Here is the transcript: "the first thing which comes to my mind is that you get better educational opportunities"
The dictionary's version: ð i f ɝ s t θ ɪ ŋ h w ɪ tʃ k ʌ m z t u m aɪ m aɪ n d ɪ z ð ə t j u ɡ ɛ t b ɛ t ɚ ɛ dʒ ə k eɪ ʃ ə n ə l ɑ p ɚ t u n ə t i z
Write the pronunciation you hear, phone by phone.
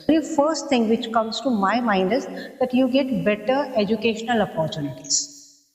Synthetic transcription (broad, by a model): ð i f ɝ s t t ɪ ŋ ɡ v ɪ tʃ k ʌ m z t u m aɪ m aɪ n d ɪ z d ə t j u ɡ ɛ t b ɛ t ɚ ɛ dʒ ə k eɪ ʃ ə n ə l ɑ p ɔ t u n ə t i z